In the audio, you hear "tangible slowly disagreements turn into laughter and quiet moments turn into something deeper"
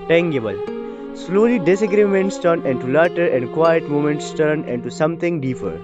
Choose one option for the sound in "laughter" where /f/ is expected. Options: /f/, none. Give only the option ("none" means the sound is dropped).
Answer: none